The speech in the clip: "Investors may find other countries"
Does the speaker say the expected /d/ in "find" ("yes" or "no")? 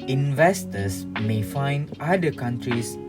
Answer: yes